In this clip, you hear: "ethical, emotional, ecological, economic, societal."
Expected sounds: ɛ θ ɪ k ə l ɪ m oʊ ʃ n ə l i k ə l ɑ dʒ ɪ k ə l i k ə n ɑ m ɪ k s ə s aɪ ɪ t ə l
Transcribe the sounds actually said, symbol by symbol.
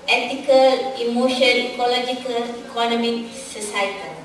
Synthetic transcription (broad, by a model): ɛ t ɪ k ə l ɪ m oʊ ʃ ə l i k ə l ɑ dʒ ɪ k ə l i k ə n ɑ m ɪ k s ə s aɪ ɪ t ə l